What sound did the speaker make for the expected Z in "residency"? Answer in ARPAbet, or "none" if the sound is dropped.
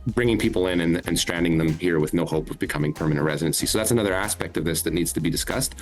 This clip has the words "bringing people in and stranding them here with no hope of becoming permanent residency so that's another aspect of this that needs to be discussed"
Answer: Z